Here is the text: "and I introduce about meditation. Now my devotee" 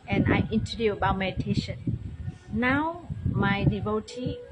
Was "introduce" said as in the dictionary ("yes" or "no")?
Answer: no